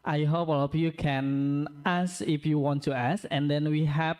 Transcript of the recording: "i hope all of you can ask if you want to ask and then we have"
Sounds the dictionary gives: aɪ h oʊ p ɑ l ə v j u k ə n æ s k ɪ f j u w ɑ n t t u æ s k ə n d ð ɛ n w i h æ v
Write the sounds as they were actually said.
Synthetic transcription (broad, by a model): aɪ h oʊ p ɑ l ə p j u k ə n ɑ s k ɪ f j u w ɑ n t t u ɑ s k ə n d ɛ n w i h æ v